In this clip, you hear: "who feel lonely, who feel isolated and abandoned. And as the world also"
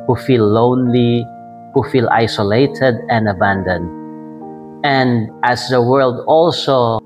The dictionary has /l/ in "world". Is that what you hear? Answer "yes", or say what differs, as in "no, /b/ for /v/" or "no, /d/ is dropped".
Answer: yes